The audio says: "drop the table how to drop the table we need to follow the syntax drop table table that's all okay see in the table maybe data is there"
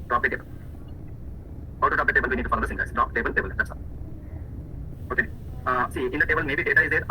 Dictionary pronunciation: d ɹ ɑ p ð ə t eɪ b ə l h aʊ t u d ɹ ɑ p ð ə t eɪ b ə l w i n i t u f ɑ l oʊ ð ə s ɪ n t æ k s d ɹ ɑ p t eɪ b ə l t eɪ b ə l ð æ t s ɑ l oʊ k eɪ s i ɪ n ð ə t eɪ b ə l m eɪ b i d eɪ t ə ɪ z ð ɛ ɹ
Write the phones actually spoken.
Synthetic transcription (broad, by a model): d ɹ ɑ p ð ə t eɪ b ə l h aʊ t u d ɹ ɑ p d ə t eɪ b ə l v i n i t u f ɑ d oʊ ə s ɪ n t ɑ s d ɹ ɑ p t eɪ b ə l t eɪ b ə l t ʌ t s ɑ oʊ k eɪ s i ɪ n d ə t eɪ b ə l m eɪ b i d eɪ t ə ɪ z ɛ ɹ